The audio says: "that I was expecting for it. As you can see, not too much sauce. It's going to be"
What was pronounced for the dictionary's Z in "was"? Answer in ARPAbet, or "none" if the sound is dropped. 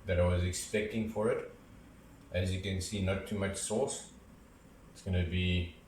Z